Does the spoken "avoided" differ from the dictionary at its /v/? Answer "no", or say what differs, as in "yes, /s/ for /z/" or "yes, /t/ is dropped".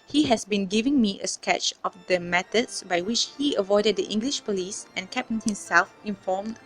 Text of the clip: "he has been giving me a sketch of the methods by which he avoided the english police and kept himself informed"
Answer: no